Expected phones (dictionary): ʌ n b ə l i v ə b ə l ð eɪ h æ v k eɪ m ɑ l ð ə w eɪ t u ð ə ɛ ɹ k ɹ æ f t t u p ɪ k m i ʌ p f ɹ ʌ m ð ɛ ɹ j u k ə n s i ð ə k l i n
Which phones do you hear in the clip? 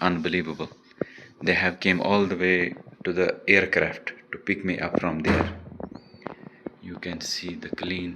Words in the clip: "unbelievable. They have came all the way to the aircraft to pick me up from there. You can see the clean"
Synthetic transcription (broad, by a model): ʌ n b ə l i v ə b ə l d eɪ h æ v k eɪ m ɑ l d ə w eɪ t u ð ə ɛ ɹ k ɹ æ f t t u p ɪ k m i ʌ p f ɹ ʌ m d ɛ ɹ j u k ə n s i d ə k l i n